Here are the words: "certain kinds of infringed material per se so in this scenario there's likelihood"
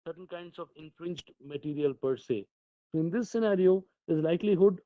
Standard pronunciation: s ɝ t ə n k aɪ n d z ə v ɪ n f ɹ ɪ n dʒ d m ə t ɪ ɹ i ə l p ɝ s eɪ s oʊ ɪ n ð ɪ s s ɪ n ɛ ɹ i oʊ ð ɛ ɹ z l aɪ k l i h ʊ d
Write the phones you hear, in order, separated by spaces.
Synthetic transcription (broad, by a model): s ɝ t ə n k aɪ n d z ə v ɪ n f ɹ ɪ n dʒ d m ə t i ɹ i ə l p ɝ s eɪ s oʊ ɪ n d ɪ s s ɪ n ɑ ɹ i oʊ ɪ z l aɪ k l i h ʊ d